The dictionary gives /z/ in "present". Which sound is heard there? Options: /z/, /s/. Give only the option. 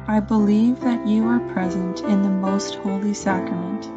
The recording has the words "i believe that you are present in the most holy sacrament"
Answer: /z/